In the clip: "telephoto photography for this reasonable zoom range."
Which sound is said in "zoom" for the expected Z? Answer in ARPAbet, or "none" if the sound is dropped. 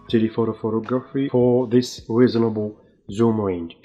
Z